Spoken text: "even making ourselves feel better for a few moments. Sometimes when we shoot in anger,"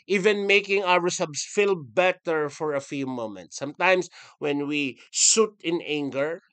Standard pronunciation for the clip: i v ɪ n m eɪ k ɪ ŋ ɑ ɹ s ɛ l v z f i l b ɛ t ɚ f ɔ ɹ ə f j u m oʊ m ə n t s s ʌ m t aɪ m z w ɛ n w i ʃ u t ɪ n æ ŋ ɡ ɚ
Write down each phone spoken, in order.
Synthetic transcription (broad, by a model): i v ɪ n m eɪ k ɪ ŋ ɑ ɹ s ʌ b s f i l b ɛ t ɚ f ɔ ɹ ə f j u m oʊ m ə n t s s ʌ m t aɪ m s w ɛ n w i s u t ɪ n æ ŋ ɡ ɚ